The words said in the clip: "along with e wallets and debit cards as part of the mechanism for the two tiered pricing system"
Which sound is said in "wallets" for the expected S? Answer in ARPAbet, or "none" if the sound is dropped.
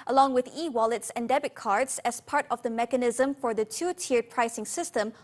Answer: S